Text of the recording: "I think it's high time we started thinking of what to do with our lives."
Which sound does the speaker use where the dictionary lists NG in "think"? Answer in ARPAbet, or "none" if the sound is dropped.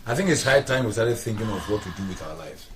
NG